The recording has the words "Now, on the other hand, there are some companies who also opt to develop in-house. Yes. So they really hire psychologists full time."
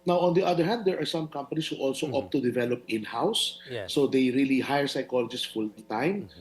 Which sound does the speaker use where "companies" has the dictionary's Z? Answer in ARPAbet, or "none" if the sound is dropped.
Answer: S